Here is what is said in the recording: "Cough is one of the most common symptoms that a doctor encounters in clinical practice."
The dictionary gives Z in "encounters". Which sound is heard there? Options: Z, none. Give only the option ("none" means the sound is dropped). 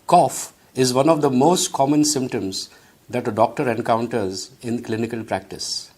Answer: Z